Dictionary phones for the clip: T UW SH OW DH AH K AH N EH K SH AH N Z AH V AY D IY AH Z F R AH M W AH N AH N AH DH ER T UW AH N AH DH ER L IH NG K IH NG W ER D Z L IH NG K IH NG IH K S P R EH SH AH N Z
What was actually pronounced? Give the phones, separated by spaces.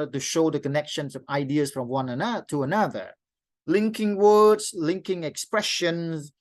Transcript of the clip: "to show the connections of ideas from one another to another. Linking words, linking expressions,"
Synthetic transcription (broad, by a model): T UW SH OW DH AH K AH N EH K SH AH N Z AH V AY D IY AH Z F R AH M W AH N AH N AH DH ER T UW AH N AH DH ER L IH NG K IH NG W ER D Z L IH NG K IH NG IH K S P R EH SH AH N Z